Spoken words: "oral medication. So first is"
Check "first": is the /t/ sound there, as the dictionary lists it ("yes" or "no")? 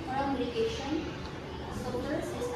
no